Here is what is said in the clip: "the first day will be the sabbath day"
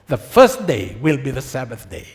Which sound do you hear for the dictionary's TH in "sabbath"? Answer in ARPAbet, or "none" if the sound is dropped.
TH